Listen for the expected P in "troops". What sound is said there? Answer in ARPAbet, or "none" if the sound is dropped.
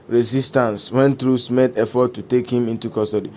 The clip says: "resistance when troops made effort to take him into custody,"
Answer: none